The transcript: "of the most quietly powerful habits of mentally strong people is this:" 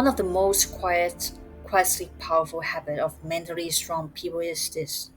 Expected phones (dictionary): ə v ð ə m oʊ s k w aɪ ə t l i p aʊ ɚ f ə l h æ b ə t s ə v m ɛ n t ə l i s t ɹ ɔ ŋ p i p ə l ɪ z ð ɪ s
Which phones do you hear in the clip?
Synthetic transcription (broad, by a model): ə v ð ə m oʊ s k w aɪ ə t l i p aʊ ɚ f ə l h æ b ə t ə v m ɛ n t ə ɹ i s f ɹ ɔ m p i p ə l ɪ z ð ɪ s